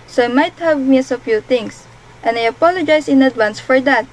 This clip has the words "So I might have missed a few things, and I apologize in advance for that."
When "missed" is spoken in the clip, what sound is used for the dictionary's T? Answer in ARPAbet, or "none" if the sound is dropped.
none